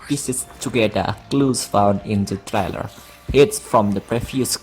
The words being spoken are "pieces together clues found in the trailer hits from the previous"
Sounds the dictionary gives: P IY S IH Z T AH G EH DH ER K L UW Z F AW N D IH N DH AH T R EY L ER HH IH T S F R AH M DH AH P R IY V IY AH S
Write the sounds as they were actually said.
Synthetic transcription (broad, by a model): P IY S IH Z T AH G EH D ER K L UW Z F AW N D IH N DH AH T R EY L ER HH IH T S F R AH M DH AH P R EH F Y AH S